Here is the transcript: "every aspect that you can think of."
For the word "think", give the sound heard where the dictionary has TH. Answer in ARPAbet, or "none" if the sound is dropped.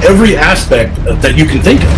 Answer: TH